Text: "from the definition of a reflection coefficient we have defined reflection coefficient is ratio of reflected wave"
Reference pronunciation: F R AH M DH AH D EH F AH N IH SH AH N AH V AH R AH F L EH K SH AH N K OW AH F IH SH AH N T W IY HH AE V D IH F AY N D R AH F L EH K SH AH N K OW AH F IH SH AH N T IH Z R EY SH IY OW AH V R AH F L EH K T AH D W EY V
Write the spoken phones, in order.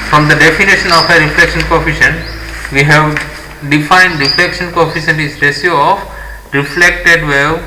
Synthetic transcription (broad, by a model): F R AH M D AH D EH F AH N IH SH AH N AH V AH R AH F L EH K SH AH N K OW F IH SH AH N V IY HH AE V D IH F AY N D R AH F L EH K SH AH N K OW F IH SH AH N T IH S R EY S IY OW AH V R AH F L EH K T AH D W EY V